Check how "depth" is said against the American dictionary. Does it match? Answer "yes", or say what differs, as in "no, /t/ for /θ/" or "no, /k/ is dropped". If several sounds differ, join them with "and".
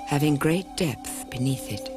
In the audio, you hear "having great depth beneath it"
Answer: yes